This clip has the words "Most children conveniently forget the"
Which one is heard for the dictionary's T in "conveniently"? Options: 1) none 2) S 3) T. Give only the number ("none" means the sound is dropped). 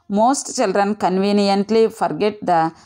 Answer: 3